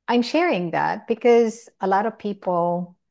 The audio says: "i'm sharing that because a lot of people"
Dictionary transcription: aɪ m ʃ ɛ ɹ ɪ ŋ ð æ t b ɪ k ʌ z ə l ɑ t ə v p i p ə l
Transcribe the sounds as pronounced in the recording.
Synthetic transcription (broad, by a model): aɪ m ʃ ɛ ɹ ɪ ŋ ð æ t b ɪ k ʌ z ə l ɑ t ə v p i p l